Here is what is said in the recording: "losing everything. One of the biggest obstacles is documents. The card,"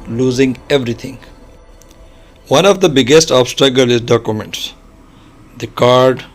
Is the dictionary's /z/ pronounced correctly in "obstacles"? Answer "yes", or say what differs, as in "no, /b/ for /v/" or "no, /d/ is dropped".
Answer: no, /z/ is dropped